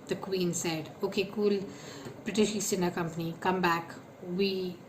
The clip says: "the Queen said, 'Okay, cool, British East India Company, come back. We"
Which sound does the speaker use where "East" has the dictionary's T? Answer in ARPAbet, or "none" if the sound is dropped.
none